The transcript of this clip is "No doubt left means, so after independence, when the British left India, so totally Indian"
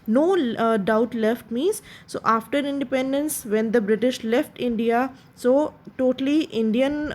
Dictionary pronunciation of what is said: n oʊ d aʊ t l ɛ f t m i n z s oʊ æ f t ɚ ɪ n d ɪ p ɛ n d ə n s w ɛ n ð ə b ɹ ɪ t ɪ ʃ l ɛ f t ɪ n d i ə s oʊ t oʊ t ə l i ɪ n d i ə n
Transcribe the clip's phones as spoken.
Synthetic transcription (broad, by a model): n oʊ d aʊ t l ɛ f t m i z s oʊ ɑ f t ɚ ɪ n d ɪ p ɛ n d ə n s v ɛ n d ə b ɹ ɪ t ɪ ʃ l ɛ f t ɪ n d i ə s oʊ t oʊ t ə l i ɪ n d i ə n